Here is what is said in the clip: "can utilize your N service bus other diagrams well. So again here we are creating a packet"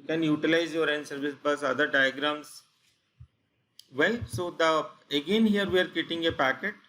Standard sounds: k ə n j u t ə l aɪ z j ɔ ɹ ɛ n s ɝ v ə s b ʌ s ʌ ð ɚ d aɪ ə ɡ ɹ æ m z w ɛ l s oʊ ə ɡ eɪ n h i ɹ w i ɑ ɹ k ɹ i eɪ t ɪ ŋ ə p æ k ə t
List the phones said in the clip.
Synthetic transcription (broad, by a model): k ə n j u t ə l aɪ z j ɔ ɹ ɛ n s ɝ v ə s b ʌ s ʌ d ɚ d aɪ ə ɡ ɹ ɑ m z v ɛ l s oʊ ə ɡ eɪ n h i ɹ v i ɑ ɹ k i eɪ t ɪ ŋ ə p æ k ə t